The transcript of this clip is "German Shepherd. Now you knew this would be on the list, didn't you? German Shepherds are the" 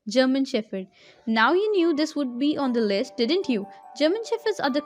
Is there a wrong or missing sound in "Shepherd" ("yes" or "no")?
yes